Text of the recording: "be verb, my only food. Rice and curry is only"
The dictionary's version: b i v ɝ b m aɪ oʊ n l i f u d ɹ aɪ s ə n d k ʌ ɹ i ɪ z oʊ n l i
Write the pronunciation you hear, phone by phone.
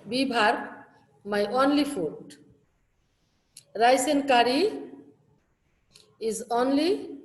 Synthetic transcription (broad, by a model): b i b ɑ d m aɪ oʊ n l i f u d ɹ aɪ s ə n k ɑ ɹ i ɪ z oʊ n l i